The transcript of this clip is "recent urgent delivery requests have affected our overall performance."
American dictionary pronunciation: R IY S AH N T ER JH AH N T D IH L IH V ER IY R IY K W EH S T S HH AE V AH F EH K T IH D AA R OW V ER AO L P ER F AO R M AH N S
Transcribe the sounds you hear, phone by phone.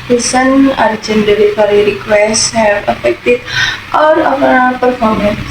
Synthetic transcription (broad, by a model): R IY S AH N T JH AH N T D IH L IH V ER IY R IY K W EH S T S HH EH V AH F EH K T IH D AA R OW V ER P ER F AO R M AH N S